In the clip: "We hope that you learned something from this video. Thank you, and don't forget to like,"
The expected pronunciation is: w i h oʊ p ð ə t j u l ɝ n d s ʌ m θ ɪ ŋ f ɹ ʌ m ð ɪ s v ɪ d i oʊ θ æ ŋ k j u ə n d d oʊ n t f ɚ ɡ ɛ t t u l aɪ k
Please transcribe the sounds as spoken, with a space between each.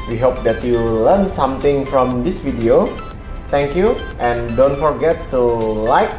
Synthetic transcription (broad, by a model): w i h oʊ p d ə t j u l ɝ n s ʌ m t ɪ ŋ f ɹ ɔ m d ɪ s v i d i oʊ t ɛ ŋ k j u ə n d d oʊ n t f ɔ ɡ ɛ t t u l aɪ k